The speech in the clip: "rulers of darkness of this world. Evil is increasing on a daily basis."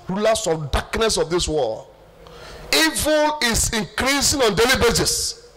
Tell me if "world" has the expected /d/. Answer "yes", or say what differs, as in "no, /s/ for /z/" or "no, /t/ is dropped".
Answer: no, /d/ is dropped